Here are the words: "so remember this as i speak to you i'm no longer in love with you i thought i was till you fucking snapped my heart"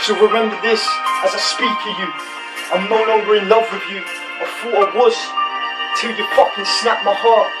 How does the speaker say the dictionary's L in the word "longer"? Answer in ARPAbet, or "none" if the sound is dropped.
N